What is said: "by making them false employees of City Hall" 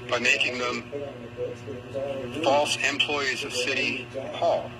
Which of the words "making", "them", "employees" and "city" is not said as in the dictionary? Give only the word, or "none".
none